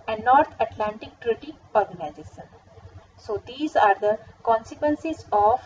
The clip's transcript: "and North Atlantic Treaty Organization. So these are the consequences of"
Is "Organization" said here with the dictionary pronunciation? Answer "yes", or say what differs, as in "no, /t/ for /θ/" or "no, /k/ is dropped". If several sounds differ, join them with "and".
no, /s/ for /ʃ/